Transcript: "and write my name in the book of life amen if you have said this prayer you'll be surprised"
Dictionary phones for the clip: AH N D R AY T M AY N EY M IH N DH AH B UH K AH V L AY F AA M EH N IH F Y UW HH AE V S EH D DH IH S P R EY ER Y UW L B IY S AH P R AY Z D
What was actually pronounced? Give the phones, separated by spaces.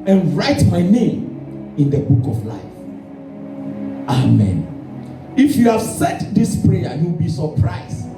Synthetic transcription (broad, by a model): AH N R AY T M AY N EY M IH N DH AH B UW K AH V L AY F AA M EH N IH F Y UW HH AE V S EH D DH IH S P R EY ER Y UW W B IY S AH P R AY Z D